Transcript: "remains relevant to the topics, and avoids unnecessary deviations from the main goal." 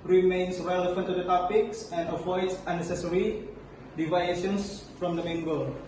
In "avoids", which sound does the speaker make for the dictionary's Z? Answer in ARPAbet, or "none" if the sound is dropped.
S